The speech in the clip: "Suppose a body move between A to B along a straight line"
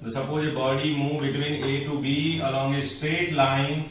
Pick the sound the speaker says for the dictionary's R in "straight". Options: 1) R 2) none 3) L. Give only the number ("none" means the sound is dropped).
1